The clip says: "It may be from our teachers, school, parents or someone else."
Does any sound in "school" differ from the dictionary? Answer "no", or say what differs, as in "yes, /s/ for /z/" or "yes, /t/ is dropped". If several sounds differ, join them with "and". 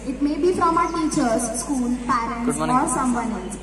no